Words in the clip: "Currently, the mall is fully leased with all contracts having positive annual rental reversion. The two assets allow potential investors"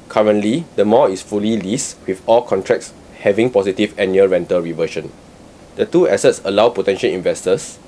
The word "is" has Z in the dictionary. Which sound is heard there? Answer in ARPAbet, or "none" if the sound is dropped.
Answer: S